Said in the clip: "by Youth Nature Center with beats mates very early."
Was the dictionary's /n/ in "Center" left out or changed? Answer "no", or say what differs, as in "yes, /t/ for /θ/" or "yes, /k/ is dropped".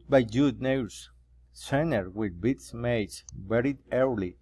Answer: no